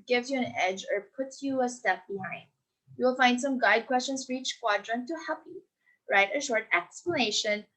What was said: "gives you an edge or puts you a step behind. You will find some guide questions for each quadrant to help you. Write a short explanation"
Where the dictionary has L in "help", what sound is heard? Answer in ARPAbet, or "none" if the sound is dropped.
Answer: none